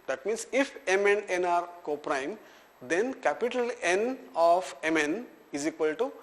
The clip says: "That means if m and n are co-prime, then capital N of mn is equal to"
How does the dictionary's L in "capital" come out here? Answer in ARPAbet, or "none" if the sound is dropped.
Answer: L